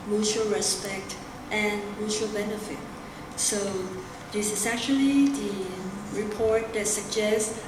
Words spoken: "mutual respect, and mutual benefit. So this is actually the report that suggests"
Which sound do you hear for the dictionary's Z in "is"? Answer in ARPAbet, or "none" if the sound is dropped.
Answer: S